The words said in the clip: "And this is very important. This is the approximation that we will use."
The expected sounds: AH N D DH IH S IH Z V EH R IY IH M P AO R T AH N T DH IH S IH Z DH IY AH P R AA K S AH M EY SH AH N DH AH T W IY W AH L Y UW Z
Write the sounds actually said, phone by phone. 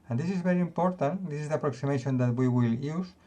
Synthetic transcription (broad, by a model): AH N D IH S IH Z B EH R IY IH M P AO R T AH N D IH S IH Z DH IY AH P R AA K S AH M EY SH AH N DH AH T W IY W AH L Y UW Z